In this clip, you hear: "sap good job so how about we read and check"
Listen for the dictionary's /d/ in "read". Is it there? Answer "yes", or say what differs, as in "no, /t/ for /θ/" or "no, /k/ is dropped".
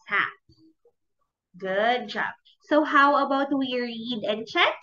yes